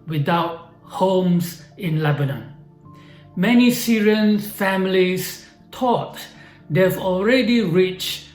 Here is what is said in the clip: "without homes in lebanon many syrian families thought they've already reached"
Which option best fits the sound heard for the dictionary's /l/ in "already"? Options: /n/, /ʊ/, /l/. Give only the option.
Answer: /l/